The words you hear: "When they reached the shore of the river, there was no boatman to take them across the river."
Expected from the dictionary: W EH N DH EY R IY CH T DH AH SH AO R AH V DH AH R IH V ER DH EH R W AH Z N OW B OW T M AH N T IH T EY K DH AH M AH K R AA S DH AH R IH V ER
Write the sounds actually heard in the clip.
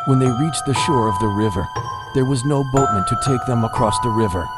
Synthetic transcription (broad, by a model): W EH N DH EY R IY CH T DH AH SH AO R AH V DH AH R IH V ER DH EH R W AH Z N OW B OW T M AH N T IH T EY K DH AH M AH K R AA S DH AH R IH V ER